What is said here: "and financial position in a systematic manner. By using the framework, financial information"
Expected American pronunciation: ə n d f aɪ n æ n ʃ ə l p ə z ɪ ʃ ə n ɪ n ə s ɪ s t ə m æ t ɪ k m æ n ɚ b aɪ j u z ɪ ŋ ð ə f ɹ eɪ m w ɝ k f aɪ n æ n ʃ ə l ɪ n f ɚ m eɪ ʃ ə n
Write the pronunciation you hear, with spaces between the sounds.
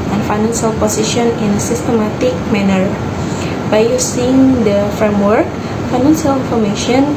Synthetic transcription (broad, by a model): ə n f aɪ n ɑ n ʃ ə l p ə s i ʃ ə n ɪ n ə s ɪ s t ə m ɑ t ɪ k m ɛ n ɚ b aɪ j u s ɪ ŋ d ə f ɹ eɪ m w ɝ k f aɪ n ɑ n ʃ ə l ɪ n f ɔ m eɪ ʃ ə n